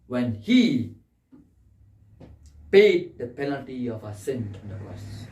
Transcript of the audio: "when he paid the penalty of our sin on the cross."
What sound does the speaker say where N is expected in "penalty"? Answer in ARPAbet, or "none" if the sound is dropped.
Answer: N